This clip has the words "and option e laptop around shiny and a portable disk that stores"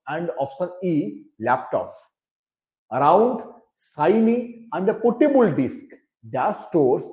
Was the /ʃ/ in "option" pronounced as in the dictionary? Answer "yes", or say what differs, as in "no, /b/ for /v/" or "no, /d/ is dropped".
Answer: no, /s/ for /ʃ/